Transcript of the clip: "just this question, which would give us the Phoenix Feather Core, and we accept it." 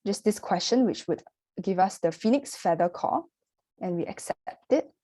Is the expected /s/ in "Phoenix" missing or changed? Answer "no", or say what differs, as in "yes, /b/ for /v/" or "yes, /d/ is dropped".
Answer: no